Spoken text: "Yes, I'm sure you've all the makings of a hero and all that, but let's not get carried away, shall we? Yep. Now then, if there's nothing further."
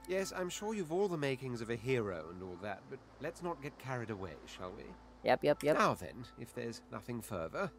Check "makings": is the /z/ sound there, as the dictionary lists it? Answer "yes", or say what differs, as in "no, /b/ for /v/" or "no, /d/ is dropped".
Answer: yes